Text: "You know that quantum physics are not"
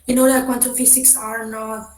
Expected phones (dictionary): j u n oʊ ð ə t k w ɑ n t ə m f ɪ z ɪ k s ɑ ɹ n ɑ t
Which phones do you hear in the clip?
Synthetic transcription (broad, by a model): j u n oʊ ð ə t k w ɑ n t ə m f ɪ s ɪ k s ɑ ɹ n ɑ